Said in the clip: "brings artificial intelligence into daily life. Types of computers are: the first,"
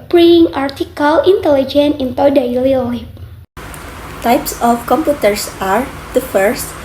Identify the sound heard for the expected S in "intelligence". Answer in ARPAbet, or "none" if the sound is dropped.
none